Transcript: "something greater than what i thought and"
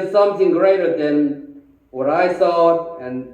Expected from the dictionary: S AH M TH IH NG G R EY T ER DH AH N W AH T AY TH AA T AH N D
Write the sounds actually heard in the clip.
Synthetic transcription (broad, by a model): S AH M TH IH NG G R EY T ER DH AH N W AH T AY S AA AH N